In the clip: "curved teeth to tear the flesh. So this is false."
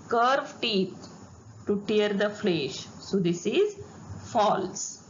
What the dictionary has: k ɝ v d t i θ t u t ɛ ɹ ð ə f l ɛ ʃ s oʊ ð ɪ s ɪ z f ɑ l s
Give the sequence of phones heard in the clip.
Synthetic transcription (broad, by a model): k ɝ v t i t t u t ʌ ɹ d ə f l ɛ ʃ s oʊ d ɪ s ɪ z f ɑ l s